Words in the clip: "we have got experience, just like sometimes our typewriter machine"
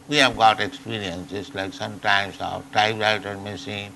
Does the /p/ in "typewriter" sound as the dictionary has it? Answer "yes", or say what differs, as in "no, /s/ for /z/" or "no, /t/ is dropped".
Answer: no, /b/ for /p/